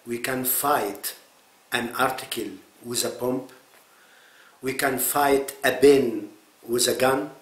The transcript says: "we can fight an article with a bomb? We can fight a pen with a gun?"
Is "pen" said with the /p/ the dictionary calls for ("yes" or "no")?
no